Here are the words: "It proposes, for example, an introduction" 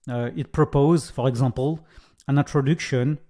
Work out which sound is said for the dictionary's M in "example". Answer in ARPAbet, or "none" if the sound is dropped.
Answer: none